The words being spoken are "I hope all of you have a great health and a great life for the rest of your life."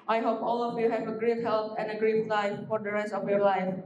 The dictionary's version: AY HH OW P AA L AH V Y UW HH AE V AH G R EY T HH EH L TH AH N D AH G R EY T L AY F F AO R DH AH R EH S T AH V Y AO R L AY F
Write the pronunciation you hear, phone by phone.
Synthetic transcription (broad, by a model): AY HH OW P AA L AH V Y UW HH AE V AH G R EY T HH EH L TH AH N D AH G R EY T L AY F F AO R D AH R EH S T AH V Y AO R L AY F